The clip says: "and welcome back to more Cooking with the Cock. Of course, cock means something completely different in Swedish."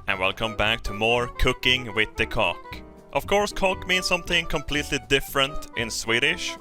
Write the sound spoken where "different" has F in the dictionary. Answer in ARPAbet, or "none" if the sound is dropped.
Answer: F